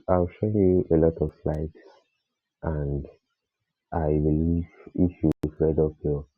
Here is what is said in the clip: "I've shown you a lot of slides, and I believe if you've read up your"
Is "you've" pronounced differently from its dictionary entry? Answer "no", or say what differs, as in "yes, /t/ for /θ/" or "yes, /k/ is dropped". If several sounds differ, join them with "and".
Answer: yes, /f/ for /v/